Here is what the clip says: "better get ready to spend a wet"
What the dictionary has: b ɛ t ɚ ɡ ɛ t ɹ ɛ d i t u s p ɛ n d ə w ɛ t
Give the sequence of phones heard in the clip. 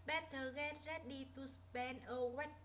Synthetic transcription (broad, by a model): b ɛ t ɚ ɡ ɛ t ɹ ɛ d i t u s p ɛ n ə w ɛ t